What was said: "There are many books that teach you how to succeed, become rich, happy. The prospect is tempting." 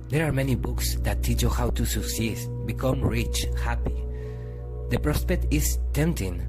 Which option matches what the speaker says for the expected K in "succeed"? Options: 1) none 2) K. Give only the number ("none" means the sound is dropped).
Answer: 1